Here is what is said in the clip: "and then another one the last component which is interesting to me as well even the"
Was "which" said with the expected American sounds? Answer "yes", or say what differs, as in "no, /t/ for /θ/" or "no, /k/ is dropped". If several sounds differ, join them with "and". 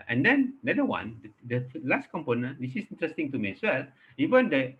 no, /s/ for /tʃ/